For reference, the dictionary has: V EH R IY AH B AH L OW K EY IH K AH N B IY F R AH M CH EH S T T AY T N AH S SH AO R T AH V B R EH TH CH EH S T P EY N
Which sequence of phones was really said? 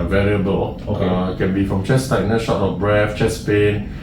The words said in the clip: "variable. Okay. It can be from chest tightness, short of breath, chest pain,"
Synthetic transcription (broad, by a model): V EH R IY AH B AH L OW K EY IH K AH N B IY F R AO M CH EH S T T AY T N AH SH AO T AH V B R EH F CH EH S P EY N